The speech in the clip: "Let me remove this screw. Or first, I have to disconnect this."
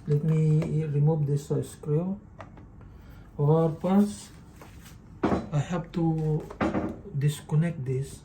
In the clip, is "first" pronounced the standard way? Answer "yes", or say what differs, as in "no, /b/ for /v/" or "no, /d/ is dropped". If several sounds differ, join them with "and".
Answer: no, /p/ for /f/ and /t/ is dropped